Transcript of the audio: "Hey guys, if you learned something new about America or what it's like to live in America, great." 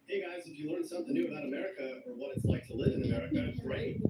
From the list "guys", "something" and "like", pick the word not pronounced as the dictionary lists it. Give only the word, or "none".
none